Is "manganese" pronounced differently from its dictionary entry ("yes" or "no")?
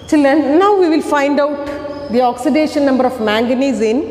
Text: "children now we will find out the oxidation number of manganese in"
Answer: no